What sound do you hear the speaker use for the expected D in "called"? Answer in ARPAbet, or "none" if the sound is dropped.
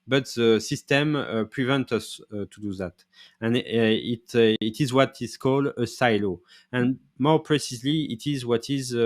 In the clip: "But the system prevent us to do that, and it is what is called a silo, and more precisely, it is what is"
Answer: D